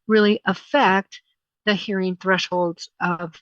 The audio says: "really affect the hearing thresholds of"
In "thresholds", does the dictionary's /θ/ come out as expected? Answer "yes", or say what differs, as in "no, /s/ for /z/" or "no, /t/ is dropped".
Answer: yes